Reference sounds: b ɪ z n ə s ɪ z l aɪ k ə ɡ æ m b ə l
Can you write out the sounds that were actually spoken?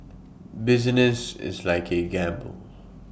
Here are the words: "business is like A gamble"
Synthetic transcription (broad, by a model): b ɪ z n ə s ɪ z l aɪ k ə ɡ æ m b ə l